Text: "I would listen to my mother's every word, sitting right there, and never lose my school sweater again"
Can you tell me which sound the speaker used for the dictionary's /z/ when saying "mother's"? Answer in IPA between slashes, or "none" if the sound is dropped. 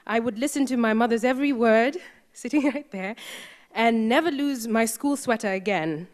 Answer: /z/